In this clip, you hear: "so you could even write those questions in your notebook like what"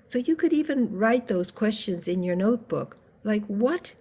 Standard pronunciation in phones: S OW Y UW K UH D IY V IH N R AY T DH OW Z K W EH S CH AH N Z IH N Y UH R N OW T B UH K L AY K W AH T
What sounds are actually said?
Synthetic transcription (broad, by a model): S OW Y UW K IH D IY V IH N R AY T DH OW Z K W EH S CH AH N Z IH N Y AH R N OW T B UH K L AY K W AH T